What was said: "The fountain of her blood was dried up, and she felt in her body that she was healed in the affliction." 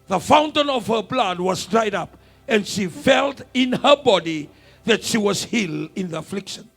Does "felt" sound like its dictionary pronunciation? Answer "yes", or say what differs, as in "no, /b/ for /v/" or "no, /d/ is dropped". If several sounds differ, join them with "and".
yes